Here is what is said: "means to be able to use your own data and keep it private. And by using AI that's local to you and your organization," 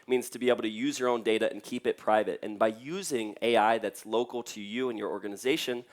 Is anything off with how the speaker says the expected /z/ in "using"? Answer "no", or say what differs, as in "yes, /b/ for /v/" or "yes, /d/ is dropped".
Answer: no